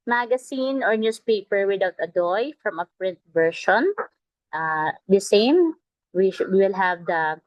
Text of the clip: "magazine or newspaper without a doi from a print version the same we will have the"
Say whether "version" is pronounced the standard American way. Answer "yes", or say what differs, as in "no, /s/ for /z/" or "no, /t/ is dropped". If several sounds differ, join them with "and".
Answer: no, /ʃ/ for /ʒ/